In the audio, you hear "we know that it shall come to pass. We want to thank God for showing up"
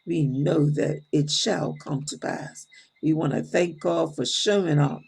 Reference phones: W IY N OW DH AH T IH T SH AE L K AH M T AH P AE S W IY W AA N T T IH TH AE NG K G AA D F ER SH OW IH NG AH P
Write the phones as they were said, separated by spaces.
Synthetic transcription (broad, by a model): W IY N OW DH AH T IH T SH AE L K AH M T AH P AE S W IY W AA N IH TH AE NG K G AA D F ER SH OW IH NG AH